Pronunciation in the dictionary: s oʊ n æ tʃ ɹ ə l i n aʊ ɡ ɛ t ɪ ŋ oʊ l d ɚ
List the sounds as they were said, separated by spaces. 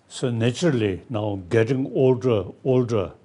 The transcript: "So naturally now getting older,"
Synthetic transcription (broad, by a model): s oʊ n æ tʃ ə l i n aʊ ɡ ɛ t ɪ ŋ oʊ l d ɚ